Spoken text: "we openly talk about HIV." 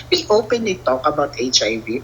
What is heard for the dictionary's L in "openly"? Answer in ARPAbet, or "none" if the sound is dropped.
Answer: none